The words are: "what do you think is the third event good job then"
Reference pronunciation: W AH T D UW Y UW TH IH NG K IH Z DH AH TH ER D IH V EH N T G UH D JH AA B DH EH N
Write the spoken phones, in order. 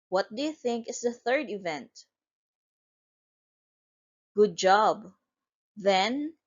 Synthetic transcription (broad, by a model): W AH T D UW Y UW TH IH NG K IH S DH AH TH ER D IH V EH N T G UH D JH AA B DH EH N